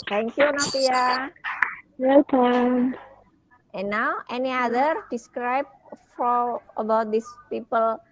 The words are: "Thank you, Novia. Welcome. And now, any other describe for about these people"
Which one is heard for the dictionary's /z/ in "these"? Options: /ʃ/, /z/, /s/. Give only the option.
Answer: /s/